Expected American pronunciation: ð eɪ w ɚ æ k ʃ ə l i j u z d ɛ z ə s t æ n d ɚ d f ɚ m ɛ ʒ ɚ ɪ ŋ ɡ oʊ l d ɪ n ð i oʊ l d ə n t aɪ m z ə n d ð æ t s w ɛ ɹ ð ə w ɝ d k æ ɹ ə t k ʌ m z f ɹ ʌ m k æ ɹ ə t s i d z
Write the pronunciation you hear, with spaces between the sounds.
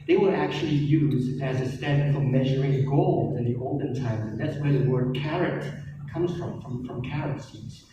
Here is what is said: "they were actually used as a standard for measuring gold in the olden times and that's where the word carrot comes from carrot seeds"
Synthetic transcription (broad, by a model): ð eɪ w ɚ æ k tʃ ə l i j u z ɪ z ə s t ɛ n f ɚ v m ɛ ʒ ɚ ɪ ŋ ɡ oʊ l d ɪ n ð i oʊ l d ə n t aɪ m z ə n ð æ t s w ɛ ɹ ð ə w ɝ d k æ ɹ ə t k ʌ m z f ɹ ʌ m k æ ɹ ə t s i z